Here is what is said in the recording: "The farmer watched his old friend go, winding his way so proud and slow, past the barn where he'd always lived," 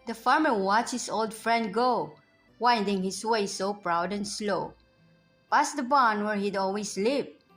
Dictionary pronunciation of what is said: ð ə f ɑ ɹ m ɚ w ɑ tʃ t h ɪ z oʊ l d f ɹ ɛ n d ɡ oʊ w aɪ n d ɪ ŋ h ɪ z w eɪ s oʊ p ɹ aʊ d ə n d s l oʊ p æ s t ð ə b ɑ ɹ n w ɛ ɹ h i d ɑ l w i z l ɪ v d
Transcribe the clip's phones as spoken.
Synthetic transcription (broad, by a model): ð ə f ɑ ɹ m ɚ w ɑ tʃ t h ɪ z oʊ l d f ɹ ɛ n d ɡ oʊ w aɪ n d ɪ ŋ h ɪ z w eɪ s oʊ p ɹ aʊ d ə n s l oʊ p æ s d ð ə b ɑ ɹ n w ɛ ɹ h i d ɑ l w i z l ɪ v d